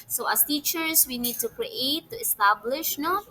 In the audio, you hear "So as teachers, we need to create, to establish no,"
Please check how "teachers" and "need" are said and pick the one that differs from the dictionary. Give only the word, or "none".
teachers